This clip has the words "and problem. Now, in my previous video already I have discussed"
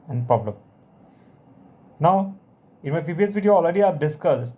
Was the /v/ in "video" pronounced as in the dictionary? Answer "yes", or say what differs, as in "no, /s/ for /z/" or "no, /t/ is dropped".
no, /p/ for /v/